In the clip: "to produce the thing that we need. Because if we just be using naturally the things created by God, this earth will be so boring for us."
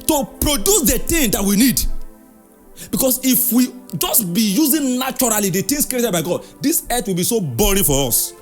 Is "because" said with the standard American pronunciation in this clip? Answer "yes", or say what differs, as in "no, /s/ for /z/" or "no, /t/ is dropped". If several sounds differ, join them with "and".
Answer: no, /s/ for /z/